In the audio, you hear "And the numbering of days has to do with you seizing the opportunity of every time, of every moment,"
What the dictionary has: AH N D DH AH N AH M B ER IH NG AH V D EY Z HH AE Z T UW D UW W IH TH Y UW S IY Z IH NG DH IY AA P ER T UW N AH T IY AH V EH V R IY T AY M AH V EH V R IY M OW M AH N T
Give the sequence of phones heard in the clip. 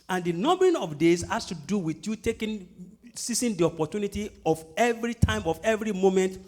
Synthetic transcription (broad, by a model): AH N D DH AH N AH M B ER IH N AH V D EY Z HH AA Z T UW D UW W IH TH Y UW S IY S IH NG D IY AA P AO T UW N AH T IY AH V EH V R IY T AY M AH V EH V R IY M OW M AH N T